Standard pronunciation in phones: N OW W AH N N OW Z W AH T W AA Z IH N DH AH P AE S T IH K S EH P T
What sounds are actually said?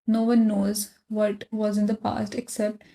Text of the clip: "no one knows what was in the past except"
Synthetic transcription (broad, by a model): N OW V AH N N OW Z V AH T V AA Z IH N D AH P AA S T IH K S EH P T